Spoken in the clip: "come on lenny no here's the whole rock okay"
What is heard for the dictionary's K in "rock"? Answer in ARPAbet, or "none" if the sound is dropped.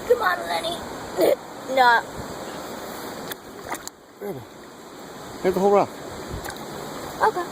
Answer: none